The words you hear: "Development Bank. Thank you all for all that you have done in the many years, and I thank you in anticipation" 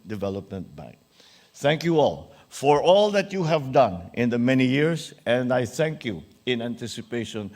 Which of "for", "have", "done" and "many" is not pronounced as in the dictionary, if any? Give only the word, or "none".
none